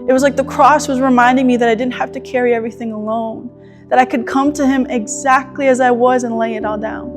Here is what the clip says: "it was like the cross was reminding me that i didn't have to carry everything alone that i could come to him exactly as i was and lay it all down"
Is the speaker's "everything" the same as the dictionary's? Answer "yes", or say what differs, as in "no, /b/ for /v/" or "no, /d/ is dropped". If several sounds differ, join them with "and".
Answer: yes